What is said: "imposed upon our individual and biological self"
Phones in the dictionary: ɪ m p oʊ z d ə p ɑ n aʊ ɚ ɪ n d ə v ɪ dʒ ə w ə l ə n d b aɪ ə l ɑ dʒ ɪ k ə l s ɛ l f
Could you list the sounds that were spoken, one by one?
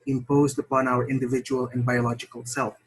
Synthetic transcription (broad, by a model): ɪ m p oʊ z d ə p ɑ n aʊ ɚ ɪ n d ə v ɪ dʒ ə w ə l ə n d b aɪ ə l ɑ dʒ ɪ k ə l s ɛ l f